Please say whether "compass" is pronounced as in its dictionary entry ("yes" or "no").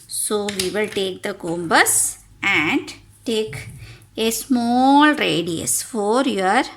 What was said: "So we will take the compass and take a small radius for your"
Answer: no